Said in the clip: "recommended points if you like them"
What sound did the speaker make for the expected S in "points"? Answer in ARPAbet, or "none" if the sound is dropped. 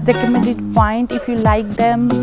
none